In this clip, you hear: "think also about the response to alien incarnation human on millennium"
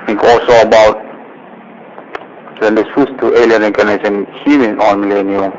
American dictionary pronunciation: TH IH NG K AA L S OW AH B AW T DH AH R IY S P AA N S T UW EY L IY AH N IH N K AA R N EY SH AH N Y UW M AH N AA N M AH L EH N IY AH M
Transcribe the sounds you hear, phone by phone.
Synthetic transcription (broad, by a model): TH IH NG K AA L S OW AH B AW T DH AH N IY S UW S T UW EY L IY AH N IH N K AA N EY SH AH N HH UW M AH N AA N M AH L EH N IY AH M